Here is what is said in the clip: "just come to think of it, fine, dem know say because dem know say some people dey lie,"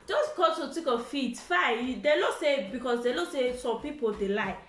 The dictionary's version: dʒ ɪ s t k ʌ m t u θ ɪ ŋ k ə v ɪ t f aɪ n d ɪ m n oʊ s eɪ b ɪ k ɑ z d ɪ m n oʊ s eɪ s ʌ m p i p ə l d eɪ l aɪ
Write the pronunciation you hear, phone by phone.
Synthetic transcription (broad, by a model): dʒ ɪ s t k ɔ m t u t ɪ k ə f ɪ t f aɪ d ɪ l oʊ s eɪ b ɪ k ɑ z d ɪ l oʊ s eɪ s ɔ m p i p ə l d eɪ l aɪ